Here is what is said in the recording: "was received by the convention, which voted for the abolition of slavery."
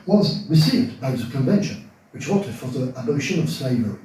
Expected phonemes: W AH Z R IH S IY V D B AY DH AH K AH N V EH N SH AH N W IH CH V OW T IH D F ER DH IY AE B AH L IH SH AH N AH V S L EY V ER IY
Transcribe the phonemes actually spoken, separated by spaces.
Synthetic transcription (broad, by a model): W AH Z R IH S IY V D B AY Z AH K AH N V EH N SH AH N W IH CH W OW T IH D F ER DH IY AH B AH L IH SH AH N AH V S L EY V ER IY